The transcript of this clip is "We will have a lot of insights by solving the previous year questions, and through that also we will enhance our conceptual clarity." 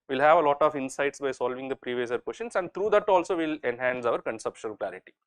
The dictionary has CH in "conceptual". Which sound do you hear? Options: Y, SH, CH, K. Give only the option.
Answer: SH